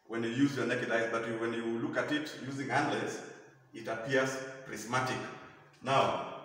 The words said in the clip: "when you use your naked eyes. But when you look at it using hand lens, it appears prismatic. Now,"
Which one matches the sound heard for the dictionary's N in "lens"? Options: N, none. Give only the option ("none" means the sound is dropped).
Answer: none